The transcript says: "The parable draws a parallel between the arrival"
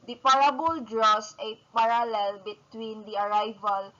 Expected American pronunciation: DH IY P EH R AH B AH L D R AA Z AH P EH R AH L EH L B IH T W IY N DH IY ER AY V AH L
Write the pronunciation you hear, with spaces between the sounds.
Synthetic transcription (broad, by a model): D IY P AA R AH B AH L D R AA S AH P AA R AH L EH L B IH T W IY N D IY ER AY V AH L